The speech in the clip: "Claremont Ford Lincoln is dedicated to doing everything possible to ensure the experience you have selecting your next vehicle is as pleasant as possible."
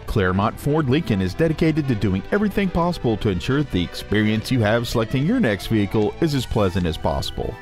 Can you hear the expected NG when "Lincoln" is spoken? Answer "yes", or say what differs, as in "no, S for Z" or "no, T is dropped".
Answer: no, NG is dropped